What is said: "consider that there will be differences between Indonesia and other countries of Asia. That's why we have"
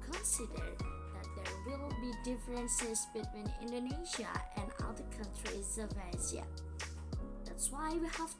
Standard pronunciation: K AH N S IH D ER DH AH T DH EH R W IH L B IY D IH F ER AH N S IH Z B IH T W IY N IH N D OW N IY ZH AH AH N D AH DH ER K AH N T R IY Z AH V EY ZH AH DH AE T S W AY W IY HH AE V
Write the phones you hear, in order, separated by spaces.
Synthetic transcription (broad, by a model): K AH N S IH D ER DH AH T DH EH R W IH L B IY D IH F ER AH N S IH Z B IH T W IY N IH N D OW N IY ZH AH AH N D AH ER K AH N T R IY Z AH V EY Z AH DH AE T S W AY W IY HH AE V